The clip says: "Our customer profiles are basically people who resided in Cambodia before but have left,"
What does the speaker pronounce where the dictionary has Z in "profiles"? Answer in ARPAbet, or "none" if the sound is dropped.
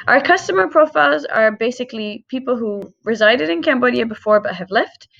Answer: Z